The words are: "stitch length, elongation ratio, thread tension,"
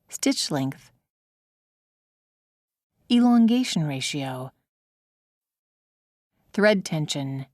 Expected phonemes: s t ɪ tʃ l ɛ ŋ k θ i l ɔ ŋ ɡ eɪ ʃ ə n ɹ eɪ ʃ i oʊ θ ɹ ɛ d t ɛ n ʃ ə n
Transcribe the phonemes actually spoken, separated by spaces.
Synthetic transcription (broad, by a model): s t ɪ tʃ l ɛ ŋ k θ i l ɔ ŋ ɡ eɪ ʃ n ɹ eɪ ʃ i oʊ θ ɹ ɛ d t ɛ n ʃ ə n